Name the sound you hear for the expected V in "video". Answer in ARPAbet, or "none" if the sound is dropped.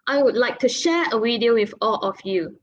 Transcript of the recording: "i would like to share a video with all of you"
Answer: W